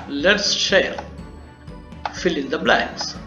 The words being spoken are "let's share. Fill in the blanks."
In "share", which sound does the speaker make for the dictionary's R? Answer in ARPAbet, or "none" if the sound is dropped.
L